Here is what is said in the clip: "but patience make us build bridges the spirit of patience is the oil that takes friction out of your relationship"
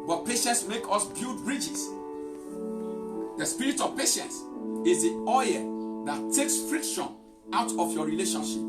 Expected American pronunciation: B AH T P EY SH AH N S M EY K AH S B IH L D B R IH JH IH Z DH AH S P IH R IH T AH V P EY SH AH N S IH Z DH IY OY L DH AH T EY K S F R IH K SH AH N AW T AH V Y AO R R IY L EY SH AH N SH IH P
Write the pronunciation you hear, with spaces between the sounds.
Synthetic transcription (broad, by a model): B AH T P EY SH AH N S M EY K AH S B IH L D B R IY JH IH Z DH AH S P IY R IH T AH V P EY SH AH N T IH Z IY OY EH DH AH T EY K S F R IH K SH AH N AW T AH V Y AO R R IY L EY SH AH N SH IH P